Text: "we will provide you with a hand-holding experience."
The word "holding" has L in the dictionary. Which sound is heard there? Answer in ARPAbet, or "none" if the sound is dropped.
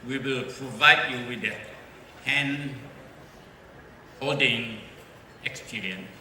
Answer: none